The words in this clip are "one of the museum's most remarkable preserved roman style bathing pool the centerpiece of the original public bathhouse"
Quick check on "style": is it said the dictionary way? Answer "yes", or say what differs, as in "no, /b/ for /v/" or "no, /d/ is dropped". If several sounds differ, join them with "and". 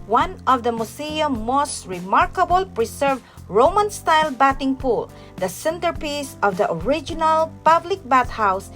yes